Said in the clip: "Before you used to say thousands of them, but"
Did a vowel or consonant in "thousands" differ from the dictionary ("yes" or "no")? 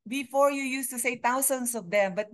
yes